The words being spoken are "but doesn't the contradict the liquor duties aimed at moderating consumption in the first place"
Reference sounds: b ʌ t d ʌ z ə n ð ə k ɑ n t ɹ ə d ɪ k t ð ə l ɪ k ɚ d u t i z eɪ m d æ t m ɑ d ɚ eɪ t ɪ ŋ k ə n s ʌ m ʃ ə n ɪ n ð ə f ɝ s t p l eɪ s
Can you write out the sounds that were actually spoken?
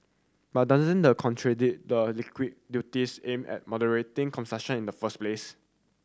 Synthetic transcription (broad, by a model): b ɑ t d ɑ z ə n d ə k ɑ n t ɹ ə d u t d ə l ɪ k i d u t i s eɪ m ɛ t m ɑ d ɚ eɪ t ɪ ŋ k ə n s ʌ ʃ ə n ɪ n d ə f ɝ s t p l eɪ s